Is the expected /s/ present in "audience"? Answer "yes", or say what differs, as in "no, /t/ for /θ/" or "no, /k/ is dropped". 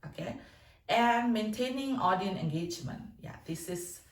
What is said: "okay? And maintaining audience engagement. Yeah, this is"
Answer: no, /s/ is dropped